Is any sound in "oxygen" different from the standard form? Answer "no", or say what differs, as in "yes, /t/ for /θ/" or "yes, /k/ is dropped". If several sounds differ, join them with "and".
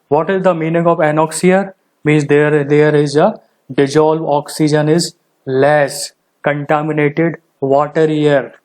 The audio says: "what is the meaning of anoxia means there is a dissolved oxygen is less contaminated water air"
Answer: no